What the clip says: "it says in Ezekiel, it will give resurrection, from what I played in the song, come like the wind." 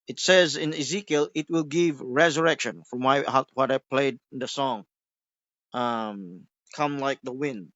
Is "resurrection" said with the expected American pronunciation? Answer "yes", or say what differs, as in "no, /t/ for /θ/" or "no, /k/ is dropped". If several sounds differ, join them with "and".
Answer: yes